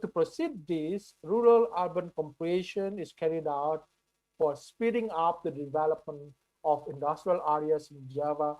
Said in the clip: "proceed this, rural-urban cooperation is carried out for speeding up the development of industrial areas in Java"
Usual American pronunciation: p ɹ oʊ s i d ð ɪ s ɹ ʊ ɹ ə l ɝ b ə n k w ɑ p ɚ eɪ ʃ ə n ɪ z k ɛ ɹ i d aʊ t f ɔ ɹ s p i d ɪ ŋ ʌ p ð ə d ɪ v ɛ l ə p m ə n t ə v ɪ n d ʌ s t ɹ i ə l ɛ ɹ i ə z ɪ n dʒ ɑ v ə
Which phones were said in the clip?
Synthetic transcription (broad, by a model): p ɹ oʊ s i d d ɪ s ɹ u ɹ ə l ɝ b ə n k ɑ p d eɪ ʃ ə n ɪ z k ɛ ɹ i d aʊ t f ɔ ɹ s p i d ɪ ŋ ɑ p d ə d ɪ v ɛ l ə p m ə n t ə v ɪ n d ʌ s t ɹ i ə l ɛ ɹ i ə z ɪ n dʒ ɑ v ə